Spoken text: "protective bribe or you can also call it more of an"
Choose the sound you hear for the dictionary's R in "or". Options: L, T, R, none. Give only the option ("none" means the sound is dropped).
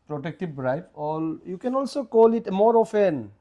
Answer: L